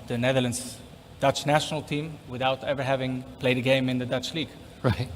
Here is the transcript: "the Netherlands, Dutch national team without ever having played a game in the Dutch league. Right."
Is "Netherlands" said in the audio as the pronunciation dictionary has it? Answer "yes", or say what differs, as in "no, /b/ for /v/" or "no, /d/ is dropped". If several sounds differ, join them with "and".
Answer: yes